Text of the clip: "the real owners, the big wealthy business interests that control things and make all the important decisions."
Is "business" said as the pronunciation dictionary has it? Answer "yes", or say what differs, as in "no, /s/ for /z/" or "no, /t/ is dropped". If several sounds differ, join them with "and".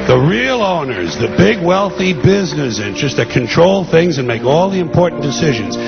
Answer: yes